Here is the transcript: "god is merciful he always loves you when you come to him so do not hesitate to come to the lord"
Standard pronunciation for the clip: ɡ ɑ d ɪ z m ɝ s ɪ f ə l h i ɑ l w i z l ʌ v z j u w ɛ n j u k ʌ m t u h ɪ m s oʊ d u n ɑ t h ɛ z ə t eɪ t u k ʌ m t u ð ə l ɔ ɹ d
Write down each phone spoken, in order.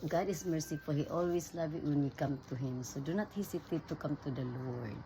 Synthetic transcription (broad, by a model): ɡ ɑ d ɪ s m ɝ s ɪ f ə l h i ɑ l w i s l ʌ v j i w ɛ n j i k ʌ m t u h ɪ m s oʊ d u n ɑ t h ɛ s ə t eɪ t u k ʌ m t u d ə l ɔ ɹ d